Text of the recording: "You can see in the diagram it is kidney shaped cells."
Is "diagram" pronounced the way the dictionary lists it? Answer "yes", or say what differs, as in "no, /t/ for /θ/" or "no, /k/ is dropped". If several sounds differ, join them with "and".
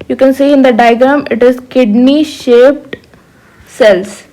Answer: no, /ɹ/ is dropped